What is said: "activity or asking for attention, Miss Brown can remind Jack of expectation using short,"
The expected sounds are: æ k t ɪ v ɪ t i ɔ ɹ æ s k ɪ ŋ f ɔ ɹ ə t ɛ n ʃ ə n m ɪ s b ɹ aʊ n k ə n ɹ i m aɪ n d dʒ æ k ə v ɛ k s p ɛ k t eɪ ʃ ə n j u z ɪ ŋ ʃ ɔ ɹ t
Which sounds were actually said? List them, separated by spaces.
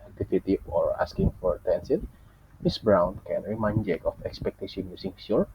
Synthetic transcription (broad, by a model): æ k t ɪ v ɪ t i ɔ ɹ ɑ s k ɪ ŋ f ɔ ɹ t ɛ n s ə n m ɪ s b ɹ aʊ n k ə n ɹ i m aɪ n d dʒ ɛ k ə f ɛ k s p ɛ k t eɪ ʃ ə n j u s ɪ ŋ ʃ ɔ ɹ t